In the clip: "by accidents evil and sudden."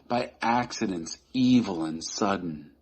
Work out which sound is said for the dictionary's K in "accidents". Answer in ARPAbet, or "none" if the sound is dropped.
K